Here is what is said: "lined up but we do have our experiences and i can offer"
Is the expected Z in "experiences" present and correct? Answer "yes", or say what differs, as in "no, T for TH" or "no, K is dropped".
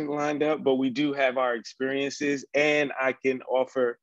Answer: yes